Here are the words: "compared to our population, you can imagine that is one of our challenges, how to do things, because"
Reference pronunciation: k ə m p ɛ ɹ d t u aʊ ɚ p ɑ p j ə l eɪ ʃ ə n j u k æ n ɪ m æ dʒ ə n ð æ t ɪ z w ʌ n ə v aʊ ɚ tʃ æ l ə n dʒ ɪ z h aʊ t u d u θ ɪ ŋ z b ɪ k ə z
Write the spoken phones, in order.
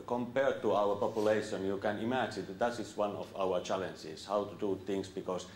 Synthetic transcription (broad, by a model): k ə m p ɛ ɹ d t u aʊ ɚ p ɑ p j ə l eɪ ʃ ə n j u k æ n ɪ m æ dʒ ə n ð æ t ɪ s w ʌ n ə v aʊ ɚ tʃ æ l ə n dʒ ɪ s h aʊ t u d u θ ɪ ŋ s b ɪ k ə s